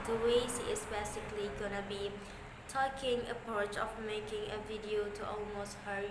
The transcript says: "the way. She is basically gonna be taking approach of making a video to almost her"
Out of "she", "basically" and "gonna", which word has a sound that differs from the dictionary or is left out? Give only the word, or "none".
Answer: she